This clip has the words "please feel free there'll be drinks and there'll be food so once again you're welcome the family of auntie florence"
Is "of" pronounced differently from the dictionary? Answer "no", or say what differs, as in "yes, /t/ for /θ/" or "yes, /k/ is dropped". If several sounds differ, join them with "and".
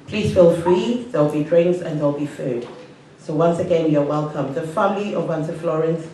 yes, /w/ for /v/